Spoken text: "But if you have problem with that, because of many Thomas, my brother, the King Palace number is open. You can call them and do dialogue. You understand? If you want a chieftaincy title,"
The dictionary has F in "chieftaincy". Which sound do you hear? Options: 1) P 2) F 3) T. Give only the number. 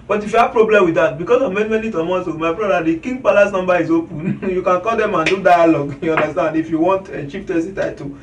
1